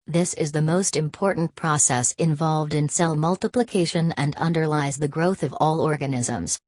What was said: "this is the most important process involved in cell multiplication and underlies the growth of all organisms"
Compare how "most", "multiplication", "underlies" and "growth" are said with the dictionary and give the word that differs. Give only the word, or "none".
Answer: none